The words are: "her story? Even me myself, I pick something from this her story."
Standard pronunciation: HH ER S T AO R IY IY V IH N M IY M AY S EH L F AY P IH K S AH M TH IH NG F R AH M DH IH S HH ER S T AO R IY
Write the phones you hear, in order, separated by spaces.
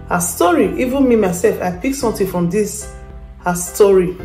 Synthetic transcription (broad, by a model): HH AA S T AO R IY IY V IH N M IY M AY S EH L F AY P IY K S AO M T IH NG F R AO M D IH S HH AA S T AO R IY